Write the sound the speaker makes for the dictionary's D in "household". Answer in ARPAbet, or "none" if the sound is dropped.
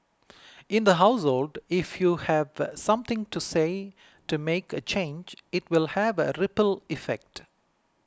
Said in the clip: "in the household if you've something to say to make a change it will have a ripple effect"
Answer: D